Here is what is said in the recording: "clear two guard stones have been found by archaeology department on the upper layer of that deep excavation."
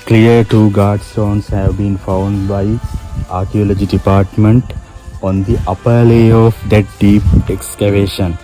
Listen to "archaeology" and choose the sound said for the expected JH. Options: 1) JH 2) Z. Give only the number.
1